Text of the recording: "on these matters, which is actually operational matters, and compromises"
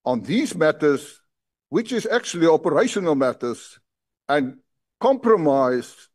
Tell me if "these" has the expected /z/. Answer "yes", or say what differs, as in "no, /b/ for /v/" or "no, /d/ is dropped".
yes